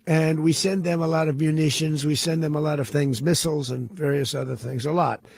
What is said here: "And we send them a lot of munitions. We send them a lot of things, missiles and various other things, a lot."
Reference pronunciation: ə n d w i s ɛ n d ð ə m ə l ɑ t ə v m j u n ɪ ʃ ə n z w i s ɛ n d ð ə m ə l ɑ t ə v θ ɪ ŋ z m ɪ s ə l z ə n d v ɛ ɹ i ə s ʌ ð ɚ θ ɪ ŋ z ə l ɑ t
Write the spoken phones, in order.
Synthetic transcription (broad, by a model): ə n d w i s ɛ n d ð ə m ə l ɑ t ə v m j u n ɪ ʃ ə n z w i s ɛ n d ð ə m ə l ɑ t ə v θ ɪ ŋ z m ɪ s l z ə n v ɛ ɹ i ə s ʌ ð ɚ θ ɪ ŋ z ə l ɑ t